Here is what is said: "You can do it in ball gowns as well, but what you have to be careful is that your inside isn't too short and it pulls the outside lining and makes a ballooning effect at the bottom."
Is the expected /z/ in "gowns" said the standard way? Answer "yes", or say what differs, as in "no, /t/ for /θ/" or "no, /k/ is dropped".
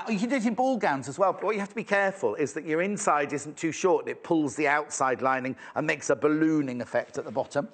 yes